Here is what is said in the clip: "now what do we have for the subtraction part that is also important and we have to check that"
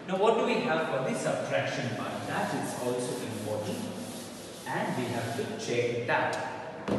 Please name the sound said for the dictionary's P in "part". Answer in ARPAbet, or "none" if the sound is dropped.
B